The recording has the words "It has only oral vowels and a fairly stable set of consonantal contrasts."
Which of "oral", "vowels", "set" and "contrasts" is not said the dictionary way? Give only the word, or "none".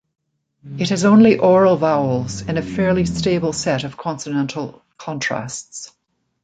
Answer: none